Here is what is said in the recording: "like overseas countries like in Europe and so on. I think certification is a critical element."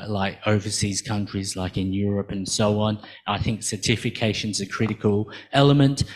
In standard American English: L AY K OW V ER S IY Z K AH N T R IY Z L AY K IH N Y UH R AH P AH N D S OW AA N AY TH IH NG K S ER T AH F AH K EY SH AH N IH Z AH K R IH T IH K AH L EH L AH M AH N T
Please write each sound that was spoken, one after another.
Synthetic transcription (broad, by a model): L AY K OW V ER S IY Z K AH N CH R IY Z L AY K IH N Y UH R AH P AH N S OW AA N AY TH IH NG K S ER T AH F AH K EY SH AH N Z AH K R IH T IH K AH L EH L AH M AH N T